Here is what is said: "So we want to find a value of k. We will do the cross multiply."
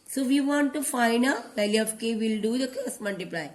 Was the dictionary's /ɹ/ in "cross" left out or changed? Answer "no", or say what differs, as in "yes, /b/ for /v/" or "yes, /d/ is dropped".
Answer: yes, /ɹ/ is dropped